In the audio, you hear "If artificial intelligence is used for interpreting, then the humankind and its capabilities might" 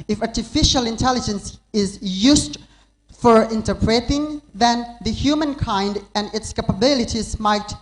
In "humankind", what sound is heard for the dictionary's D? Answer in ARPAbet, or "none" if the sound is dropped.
D